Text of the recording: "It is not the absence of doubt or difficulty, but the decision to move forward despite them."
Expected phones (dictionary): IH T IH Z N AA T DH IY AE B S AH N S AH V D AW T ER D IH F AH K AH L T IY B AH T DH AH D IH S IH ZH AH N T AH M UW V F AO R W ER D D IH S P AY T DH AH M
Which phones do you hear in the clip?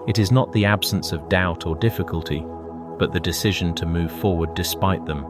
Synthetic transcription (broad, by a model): IH T IH Z N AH T DH IY AE B S AH N S AH V D AW T ER D IH F AH K AH L T IY B AH T DH AH D IH S IH ZH AH N T AH M UW V F AO R W ER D D IH S P AY T DH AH M